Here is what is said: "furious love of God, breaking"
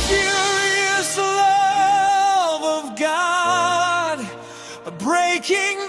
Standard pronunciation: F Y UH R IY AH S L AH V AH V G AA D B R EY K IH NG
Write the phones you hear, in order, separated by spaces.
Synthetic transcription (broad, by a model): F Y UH R IY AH S L AH V AH V G AA D B R EY K IH NG